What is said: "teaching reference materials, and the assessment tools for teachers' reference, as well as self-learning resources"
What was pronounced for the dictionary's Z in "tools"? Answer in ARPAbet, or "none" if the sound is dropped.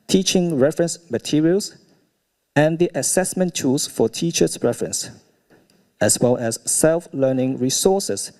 S